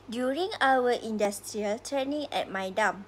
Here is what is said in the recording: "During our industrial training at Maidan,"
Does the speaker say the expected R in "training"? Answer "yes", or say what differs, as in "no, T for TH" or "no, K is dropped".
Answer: no, R is dropped